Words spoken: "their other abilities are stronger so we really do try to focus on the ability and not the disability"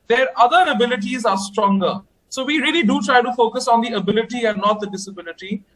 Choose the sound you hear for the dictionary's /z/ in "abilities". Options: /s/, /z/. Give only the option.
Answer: /z/